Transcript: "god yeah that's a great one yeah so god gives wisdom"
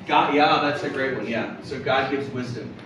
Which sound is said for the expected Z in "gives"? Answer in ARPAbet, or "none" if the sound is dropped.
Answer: Z